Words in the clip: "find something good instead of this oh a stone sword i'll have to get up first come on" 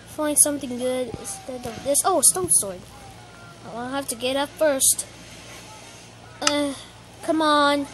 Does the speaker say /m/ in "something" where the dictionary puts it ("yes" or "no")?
yes